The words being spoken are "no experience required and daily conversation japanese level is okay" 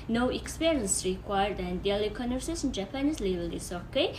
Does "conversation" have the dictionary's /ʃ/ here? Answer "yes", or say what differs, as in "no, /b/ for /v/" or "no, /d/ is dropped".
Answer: no, /s/ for /ʃ/